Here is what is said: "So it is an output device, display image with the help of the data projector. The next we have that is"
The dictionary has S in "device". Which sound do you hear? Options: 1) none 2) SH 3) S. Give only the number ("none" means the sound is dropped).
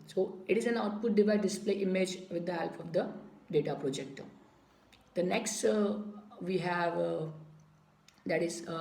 1